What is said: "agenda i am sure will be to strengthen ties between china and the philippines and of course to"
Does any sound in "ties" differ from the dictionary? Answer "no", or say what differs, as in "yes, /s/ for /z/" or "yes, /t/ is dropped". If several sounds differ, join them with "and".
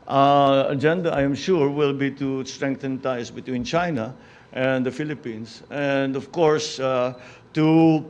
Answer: yes, /s/ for /z/